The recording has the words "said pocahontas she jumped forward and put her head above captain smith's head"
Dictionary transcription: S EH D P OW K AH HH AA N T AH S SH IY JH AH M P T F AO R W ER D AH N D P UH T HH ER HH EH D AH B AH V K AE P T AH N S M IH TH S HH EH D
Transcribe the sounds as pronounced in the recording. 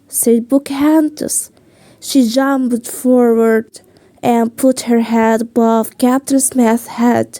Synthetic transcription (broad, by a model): S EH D B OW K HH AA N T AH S SH IY JH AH M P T F AO R W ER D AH N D P UH T HH ER HH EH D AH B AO F K AE P T AH N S M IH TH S HH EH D